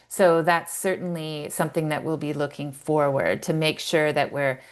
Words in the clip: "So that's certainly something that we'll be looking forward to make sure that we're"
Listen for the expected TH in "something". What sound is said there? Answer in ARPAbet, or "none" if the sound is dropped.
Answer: TH